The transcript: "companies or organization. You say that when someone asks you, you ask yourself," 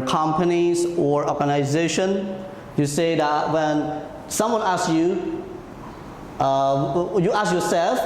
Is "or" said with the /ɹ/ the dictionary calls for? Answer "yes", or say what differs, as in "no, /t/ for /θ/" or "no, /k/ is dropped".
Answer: yes